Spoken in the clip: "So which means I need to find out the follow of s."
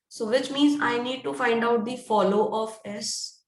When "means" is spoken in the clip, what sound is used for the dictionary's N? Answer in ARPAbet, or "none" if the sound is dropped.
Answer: N